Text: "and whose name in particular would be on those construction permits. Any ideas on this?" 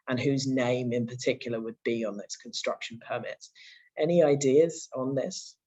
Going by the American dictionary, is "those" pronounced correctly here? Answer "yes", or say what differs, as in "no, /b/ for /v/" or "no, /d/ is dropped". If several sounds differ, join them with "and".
no, /s/ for /z/